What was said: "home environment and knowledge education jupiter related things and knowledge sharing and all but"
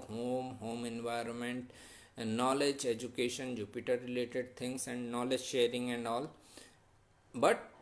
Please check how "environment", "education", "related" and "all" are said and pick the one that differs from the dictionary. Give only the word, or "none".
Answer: none